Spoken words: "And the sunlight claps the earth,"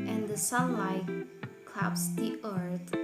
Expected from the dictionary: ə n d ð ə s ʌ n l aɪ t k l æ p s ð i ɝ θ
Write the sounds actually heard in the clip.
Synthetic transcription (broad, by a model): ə n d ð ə s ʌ l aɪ k l æ p s ð i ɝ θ